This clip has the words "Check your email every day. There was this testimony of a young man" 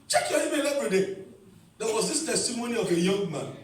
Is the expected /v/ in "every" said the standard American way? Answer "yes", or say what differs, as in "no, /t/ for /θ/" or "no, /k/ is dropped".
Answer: no, /p/ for /v/